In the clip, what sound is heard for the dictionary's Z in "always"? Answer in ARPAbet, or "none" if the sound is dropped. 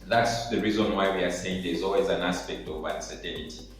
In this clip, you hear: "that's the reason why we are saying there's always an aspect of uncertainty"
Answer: Z